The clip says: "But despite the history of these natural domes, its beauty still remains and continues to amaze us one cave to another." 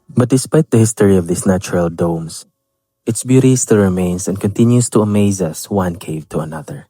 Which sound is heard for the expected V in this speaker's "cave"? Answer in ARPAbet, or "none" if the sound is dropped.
V